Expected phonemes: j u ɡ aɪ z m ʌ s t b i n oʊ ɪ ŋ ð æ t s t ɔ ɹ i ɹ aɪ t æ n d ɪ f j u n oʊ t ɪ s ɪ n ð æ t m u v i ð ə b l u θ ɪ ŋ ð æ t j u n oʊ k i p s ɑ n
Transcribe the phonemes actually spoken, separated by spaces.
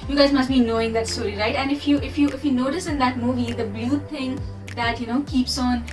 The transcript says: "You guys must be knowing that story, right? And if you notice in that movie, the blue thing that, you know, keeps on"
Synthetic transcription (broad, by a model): j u ɡ aɪ z m ʌ s t b i n oʊ ɪ ŋ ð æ t s t ɔ ɹ i ɹ aɪ t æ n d ɪ f j u n oʊ t ɪ s ɪ n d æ t m u v i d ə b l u t ɪ ŋ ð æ t j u n oʊ k i p s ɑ n